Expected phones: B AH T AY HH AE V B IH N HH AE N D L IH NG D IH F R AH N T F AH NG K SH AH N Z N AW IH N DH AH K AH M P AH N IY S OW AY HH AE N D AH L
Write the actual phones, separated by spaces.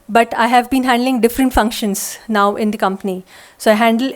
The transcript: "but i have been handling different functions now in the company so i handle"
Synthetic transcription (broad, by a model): B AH T AY HH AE V B IH N HH AE N D L IH NG D IH F R AH N T F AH NG K SH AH N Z N AW IH N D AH K AH M P AH N IY S OW AY HH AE N D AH L